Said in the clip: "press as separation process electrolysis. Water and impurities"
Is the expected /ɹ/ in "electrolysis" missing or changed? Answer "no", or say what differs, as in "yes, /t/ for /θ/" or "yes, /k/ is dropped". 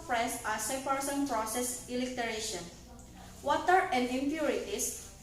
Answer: yes, /ɹ/ is dropped